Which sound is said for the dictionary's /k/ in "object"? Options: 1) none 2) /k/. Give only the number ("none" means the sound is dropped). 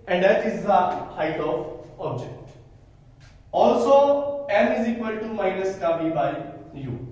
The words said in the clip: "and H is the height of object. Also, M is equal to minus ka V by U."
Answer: 2